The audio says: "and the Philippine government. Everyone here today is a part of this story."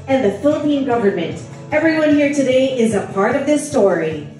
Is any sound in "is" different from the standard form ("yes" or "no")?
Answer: no